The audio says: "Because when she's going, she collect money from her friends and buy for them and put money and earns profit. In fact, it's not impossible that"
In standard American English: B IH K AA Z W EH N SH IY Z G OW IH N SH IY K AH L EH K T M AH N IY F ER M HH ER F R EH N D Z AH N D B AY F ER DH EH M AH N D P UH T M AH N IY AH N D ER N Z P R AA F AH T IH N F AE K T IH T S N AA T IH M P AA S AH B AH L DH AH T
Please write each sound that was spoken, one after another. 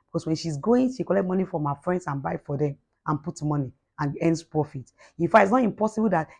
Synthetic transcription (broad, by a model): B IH K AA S W EH N SH IY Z G OW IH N SH IY K AH L EH K T M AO N IY F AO M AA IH F R EH N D S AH N B AY F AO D EH M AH N P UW T M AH N IY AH N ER N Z P R AA F AH T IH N F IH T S N AA T IH M P AA S AH B AH L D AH T